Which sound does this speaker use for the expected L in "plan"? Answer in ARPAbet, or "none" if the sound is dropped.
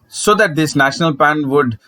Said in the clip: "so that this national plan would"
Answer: none